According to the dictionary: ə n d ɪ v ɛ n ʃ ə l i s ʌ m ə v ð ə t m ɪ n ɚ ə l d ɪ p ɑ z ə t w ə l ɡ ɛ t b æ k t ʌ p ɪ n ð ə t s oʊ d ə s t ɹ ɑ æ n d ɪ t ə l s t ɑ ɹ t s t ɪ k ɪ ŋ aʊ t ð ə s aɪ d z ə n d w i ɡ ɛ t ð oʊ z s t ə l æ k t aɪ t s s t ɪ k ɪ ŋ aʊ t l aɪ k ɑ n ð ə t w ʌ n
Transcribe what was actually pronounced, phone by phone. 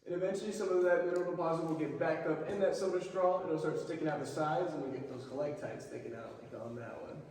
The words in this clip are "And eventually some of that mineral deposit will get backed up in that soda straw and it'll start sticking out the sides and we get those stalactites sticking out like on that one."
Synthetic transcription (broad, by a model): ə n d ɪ v ɛ n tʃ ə l i s ʌ m ə v ð ə t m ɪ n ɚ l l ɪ p ɑ z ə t w ə l ɡ ɛ t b æ k ʌ p ɪ n ð ə t s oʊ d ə s t ɹ ɑ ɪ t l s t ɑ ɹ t s t ɪ k ɪ ŋ aʊ t ð ə s aɪ d z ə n w i ɡ ɛ t ð oʊ z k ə l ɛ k t aɪ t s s t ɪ k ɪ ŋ aʊ t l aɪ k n ð ə t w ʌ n